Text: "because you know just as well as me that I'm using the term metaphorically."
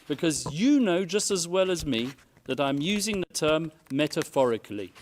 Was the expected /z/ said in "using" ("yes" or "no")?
yes